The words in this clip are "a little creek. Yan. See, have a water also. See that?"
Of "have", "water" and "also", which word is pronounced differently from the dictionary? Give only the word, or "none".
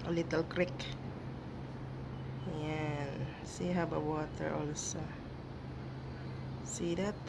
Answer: have